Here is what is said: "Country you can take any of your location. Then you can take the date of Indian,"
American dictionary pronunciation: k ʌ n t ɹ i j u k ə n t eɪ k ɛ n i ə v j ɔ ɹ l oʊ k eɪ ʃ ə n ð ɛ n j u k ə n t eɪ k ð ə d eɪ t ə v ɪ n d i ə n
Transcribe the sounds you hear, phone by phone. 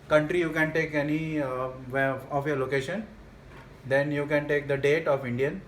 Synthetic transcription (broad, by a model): k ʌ n t ɹ i j u k ə n t eɪ k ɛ n i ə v j ɔ ɹ l oʊ k eɪ ʃ ə n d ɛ n j u k ə n t eɪ k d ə d eɪ t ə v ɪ n d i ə n